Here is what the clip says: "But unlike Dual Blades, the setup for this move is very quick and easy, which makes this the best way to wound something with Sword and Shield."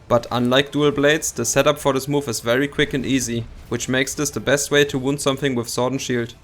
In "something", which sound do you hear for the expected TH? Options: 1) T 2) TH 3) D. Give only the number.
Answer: 2